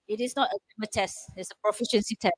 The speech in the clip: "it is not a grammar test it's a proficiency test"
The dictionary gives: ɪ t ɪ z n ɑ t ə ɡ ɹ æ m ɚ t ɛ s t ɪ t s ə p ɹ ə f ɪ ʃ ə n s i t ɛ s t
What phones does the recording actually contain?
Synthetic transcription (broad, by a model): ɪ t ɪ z n ɑ t ə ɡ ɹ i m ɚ t ɛ s t ɪ t s ə p ɹ ə f ɪ ʃ ə n s i t ɛ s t